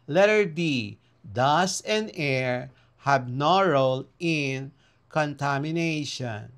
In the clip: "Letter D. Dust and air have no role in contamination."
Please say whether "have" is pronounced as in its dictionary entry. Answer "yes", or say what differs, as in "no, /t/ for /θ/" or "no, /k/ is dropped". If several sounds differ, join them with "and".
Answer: no, /b/ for /v/